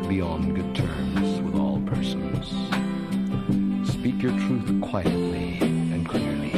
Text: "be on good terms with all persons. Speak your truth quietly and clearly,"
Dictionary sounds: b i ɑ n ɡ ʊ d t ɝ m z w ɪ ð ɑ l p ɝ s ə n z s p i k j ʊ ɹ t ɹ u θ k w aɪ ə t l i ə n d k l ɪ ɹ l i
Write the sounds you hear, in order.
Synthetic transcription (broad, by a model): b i ɑ n ɡ ʊ d t ɝ m z w ɪ ð ɑ l p ɝ s ə n z s p i k j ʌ ɹ t ɹ u θ k w aɪ ə t l i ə n k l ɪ ɹ l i